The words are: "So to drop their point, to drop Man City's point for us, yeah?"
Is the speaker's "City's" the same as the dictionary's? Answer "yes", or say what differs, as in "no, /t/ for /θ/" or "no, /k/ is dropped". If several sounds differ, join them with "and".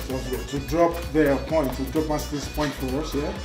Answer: no, /s/ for /z/